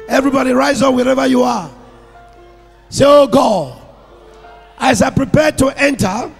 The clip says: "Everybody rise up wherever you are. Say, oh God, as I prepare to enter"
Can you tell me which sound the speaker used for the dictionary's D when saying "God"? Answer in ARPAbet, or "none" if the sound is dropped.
none